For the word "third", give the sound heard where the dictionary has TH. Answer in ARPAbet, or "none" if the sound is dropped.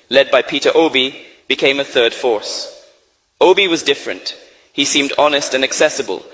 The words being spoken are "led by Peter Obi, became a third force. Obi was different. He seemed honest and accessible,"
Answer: TH